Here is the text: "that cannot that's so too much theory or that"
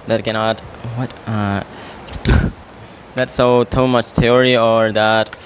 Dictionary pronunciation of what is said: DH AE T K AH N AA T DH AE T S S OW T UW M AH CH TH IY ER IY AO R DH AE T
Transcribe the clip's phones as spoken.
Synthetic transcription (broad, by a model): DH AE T K AH N AA T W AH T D S OW T UW M AH CH T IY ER IY AO R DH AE T